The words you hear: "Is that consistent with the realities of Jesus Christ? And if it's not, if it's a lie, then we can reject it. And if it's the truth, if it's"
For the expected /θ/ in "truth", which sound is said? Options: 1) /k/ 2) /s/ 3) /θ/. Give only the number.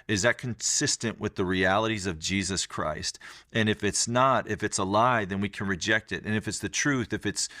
3